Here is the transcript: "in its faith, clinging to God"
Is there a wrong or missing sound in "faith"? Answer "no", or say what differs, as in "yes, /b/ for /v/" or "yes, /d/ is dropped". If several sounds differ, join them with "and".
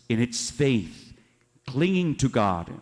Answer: no